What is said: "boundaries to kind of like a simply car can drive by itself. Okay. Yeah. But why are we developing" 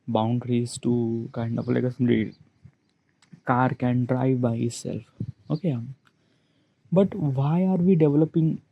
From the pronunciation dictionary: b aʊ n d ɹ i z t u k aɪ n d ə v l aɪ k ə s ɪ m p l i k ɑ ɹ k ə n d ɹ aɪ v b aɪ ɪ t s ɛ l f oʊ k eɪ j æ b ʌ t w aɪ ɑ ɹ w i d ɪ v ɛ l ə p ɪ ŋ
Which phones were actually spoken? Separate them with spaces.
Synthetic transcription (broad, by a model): b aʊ n d ɹ i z t u k aɪ n d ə p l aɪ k ə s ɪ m l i k ɑ ɹ k ə n d ɹ aɪ v b aɪ ɪ t s ɛ l f oʊ k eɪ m b ʌ t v aɪ ɑ ɹ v i d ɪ v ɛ l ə p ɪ ŋ